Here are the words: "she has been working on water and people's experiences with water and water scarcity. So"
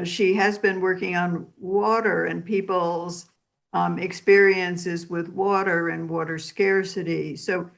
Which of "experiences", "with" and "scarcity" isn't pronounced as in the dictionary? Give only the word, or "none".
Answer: none